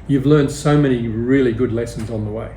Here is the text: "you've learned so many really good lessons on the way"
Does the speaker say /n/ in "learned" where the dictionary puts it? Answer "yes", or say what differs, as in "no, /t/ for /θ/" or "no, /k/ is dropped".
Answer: yes